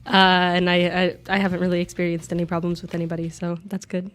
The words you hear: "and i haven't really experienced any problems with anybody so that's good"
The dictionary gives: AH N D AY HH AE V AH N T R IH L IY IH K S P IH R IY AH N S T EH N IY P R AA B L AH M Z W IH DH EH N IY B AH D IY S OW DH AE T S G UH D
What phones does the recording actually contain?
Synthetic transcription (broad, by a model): AH N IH AY HH AE V AH N T R IH L IY IH K S P IH R IY AH N S T EH N IY P R AA B L AH M Z W IH DH EH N IY B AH D IY S OW DH AE T S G UH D